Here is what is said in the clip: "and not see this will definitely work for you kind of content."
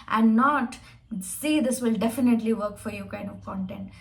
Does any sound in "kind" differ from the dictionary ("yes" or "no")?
yes